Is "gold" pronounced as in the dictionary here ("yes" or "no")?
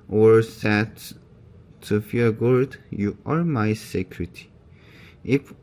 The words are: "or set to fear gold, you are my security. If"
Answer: no